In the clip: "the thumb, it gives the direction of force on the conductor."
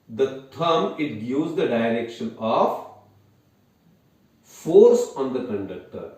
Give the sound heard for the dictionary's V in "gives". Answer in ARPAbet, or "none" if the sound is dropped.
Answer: none